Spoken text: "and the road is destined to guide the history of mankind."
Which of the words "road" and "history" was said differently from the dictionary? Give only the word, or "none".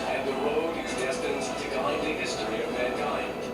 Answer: road